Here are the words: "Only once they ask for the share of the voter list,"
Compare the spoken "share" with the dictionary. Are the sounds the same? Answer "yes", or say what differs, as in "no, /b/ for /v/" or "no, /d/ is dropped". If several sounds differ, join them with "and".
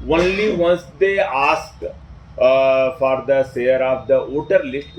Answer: no, /s/ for /ʃ/